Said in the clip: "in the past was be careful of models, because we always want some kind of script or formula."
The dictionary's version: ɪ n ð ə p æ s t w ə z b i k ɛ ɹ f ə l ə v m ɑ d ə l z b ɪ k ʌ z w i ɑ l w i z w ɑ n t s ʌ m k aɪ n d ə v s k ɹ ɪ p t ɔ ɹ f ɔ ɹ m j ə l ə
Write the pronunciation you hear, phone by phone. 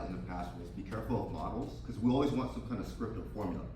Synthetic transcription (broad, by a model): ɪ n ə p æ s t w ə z b i k ɛ ɹ f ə l ə v m ɑ d l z k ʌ z w i ɑ l w i z w ɑ n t s ʌ m k aɪ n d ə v s k ɹ ɪ p t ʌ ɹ f ɔ ɹ m j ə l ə